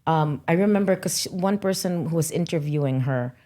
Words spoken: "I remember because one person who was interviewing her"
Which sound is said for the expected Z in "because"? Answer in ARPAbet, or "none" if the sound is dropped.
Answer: none